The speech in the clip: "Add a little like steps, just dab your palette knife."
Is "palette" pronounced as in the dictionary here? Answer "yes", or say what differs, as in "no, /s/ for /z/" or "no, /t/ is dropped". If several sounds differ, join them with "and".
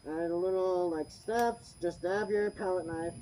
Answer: yes